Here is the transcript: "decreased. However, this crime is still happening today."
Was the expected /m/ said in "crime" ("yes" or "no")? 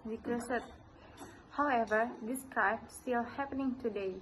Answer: no